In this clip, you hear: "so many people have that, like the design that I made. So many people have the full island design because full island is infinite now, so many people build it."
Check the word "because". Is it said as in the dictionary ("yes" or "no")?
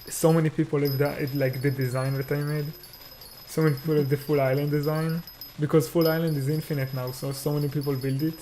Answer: yes